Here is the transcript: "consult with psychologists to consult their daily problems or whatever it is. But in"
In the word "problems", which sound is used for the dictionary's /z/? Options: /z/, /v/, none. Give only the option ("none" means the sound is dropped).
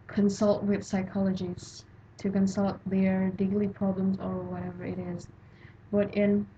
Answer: /z/